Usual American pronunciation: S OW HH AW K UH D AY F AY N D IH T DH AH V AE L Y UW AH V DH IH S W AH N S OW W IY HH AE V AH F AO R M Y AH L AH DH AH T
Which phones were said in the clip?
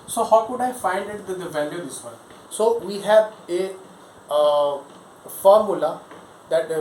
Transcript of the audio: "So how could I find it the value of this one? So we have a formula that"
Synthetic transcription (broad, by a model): S OW HH AW K UH D AY F AY N D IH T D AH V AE L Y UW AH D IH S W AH S OW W IY HH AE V AH F AO R M Y AH L AH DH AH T